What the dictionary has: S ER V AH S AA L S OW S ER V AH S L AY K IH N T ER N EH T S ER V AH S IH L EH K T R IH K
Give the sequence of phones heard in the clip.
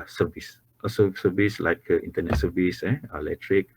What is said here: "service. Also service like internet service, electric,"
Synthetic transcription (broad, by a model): S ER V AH S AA S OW S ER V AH S L AY K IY N T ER N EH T S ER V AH S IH L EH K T R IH K